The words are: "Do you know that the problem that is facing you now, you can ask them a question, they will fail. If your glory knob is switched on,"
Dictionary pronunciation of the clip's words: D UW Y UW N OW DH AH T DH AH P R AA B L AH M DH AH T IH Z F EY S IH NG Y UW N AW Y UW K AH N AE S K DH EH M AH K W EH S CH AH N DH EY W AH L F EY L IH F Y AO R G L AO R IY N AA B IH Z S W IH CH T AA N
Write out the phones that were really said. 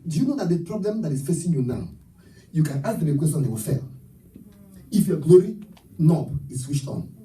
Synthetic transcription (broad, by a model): D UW Y UW N OW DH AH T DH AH P R AA B L AH M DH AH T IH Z F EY S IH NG Y UW N AW Y UW K AH N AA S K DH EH M AH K W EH S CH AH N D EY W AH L F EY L IH F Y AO G L AO R IY N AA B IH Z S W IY SH T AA N